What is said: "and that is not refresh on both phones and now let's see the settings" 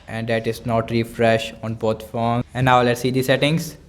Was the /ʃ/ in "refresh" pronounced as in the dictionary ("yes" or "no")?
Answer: yes